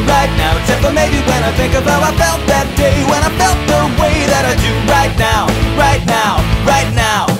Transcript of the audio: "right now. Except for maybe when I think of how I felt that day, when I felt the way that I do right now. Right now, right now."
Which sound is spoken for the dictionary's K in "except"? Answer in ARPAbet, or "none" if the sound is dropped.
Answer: none